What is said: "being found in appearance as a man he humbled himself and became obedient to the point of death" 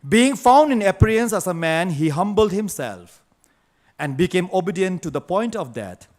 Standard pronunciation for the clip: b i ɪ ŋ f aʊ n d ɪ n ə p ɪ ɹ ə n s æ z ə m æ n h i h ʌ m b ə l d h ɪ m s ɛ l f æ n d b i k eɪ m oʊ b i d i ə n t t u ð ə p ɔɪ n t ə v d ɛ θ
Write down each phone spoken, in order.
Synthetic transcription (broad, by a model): b i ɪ ŋ f aʊ n d ɪ n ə p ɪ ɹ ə n s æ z ə m æ n h i h ʌ m b ə l d h ɪ m s ɛ l f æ n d b i k eɪ m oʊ b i d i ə n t t u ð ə p ɔɪ n t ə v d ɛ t